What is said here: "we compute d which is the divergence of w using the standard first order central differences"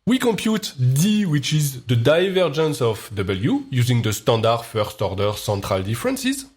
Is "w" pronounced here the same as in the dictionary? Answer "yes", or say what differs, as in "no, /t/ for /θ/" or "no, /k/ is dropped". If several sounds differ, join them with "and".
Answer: yes